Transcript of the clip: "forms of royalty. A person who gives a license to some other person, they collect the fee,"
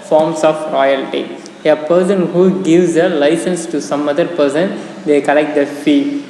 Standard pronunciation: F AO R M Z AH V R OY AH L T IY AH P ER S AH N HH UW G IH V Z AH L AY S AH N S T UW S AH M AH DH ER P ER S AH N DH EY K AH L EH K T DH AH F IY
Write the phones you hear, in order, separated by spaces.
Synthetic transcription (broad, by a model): F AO R M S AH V R OY AH L T IY AH P ER S AH N HH UW G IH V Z AH L AY S AH N S T UW S AH M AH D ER P ER S AH N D EY K AH L EH K T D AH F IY